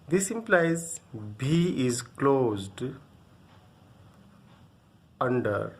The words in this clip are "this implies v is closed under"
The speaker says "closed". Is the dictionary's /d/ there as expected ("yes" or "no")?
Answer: yes